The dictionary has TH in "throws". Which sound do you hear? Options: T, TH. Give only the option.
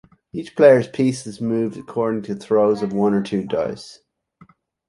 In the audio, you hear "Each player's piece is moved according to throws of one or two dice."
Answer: TH